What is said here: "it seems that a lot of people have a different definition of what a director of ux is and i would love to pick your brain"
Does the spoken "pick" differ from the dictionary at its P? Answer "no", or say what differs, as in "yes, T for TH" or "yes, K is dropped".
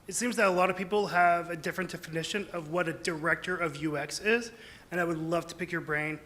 no